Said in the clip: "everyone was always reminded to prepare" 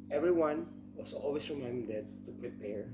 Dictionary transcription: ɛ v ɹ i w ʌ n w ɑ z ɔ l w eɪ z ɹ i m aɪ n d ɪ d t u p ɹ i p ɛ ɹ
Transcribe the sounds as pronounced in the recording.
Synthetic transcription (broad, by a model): ɛ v ɹ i w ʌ n w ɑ s ɔ l w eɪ s ɹ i m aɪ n d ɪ d t u p ɹ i p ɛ ɹ